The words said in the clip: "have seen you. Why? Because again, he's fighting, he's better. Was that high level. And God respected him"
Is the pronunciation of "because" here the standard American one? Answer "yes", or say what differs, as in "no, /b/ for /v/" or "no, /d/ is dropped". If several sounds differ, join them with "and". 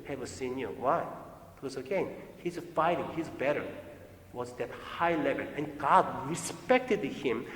no, /k/ is dropped